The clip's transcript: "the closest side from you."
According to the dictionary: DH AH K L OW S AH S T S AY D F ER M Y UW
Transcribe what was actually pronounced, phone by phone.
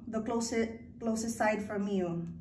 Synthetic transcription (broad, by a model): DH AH K L OW S AH S T S AY D F ER M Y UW